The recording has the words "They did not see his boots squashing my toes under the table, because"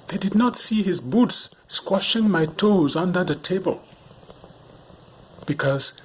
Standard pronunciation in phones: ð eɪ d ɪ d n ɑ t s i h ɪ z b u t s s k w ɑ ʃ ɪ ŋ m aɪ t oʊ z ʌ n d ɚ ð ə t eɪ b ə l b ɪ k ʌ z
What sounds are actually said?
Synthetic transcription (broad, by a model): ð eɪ d ɪ d n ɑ t s i h ɪ z b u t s s k w ɑ ʃ ɪ ŋ m aɪ t oʊ z ʌ n d ɚ ð ə t eɪ b ə l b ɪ k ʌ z